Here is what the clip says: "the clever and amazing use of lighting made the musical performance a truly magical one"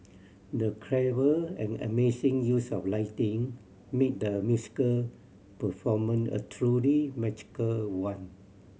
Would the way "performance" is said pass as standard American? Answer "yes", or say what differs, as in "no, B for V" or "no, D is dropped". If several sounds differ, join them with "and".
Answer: no, S is dropped